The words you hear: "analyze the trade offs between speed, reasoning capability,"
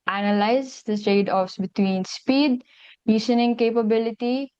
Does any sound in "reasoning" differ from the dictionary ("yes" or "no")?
yes